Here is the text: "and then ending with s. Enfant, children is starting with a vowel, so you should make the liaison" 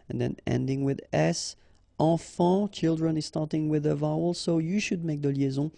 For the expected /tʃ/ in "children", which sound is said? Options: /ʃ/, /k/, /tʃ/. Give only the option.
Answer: /tʃ/